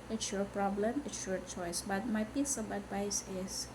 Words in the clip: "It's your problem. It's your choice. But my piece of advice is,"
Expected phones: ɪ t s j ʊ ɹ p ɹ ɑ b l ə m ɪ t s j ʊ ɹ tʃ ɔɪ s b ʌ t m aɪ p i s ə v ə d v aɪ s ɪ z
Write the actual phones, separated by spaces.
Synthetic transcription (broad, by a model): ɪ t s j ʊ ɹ p ɹ ɑ b l ə m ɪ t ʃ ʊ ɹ tʃ ɔɪ s b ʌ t m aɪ b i s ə b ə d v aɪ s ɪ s